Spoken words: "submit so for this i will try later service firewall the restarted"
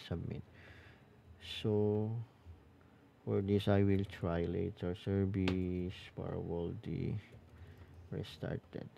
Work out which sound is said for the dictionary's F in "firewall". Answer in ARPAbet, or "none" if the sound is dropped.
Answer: P